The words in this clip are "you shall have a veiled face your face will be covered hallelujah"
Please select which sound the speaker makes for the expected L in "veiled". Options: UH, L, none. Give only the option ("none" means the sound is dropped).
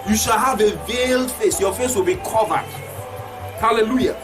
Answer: L